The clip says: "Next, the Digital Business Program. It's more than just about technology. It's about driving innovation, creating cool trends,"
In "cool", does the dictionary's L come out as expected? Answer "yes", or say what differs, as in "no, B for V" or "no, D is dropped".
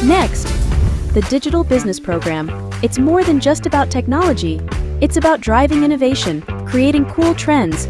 yes